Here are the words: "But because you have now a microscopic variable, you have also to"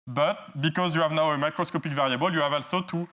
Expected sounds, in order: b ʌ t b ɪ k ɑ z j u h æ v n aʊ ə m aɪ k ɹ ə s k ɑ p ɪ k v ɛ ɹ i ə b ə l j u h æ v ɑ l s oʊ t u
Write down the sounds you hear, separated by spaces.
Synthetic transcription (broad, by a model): b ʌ t b ɪ k ɑ z j u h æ v n aʊ ə m aɪ k ɹ ə s k ɑ p ɪ k v ɛ ɹ i ə b ə l j u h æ v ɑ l s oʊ t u